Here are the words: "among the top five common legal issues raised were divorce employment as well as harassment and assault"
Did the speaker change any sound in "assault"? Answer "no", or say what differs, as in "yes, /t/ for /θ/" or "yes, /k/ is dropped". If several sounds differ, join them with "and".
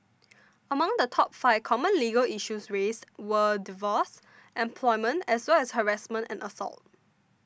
no